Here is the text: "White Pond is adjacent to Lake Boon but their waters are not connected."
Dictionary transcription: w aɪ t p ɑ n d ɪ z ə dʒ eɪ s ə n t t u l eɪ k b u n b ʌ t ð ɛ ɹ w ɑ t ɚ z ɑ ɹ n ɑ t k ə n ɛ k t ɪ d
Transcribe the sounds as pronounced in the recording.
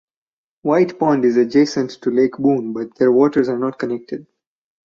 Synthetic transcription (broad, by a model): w aɪ t p ɑ n d ɪ z ə dʒ eɪ s ə n t t u l eɪ k b u n b ʌ t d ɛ ɹ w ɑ t ɚ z ɑ ɹ n ɑ t k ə n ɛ k t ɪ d